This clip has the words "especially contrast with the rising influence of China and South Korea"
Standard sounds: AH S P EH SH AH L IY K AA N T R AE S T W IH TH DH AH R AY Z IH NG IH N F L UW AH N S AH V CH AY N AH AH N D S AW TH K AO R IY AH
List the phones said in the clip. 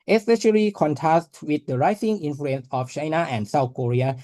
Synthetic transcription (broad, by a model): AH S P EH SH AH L IY K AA N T AE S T W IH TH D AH R AY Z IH NG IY N F L UW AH N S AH F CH AY N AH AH N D S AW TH K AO R IY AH